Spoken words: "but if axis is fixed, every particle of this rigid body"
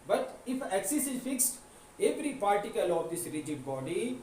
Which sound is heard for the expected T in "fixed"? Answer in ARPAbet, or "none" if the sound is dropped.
T